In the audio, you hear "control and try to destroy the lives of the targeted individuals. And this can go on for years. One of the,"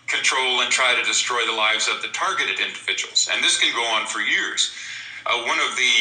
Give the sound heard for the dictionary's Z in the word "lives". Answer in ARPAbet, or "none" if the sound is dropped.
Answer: Z